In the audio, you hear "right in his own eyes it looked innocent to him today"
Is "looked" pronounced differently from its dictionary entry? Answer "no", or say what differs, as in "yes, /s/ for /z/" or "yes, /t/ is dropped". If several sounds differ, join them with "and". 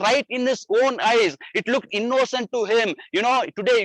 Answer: no